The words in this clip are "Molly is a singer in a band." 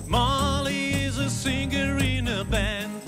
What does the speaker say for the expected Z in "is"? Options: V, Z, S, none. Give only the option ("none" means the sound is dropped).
Z